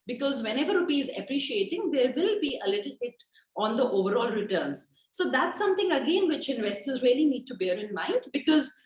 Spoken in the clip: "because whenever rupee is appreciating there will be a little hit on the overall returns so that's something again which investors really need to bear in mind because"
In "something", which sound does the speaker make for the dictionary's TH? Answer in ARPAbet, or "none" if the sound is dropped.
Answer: T